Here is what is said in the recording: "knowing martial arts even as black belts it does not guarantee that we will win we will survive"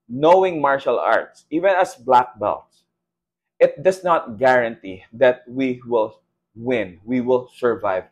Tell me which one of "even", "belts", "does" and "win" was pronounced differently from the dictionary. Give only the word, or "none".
does